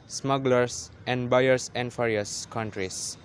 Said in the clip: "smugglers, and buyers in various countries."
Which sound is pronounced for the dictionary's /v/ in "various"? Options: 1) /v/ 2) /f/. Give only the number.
2